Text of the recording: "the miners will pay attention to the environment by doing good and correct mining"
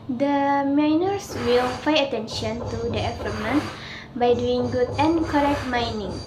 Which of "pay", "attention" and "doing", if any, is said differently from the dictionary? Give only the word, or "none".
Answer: pay